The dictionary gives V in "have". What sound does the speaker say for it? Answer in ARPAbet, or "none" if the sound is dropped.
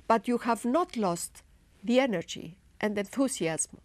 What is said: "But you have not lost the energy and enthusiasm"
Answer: V